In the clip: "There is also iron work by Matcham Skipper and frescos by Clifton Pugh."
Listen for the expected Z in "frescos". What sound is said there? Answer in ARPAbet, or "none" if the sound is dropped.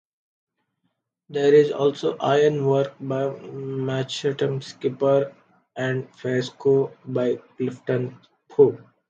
none